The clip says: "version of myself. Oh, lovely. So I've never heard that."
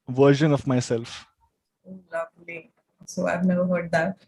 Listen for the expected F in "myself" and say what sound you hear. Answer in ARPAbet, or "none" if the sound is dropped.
F